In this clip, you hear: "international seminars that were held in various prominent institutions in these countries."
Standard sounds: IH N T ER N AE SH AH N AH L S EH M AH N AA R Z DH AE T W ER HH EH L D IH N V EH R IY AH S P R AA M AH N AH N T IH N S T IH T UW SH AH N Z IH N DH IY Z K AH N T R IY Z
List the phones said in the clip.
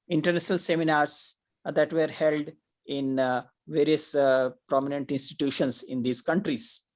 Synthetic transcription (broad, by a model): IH N T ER N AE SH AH N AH L S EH M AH N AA R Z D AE T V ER HH EH L D IH N V EH R IY AH S P R AA M AH N AH N T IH N S T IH T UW SH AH N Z IH N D IY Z K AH N T R IY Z